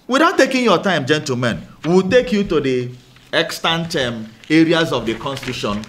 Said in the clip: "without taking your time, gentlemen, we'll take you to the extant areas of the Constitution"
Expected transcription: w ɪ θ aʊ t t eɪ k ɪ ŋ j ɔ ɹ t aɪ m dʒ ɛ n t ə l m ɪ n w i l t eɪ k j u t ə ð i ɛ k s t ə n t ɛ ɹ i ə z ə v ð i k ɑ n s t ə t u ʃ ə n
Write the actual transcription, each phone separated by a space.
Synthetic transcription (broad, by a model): w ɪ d aʊ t t eɪ k ɪ ŋ j ɔ t aɪ m dʒ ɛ n t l m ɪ n w i l t eɪ k j u t ə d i ɛ k s t ə n t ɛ ɹ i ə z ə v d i k ɑ n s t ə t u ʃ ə n